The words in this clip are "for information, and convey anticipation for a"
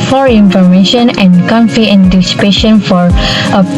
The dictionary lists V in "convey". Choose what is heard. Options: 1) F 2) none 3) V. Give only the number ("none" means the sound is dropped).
1